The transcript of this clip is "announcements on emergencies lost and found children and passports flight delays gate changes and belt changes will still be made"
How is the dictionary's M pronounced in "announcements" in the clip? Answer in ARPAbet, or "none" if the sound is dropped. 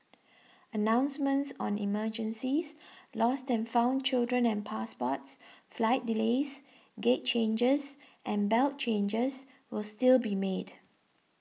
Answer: M